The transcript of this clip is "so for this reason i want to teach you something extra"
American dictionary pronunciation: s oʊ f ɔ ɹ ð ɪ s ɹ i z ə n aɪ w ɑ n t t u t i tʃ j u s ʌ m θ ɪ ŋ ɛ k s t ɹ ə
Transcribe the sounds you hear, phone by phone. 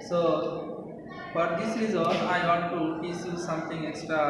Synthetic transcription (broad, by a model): s oʊ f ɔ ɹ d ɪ s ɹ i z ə l aɪ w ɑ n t t u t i s j u s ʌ m t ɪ ŋ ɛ k s t ɹ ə